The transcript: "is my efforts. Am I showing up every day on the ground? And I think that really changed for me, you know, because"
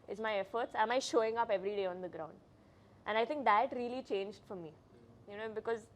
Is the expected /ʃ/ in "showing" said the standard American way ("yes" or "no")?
yes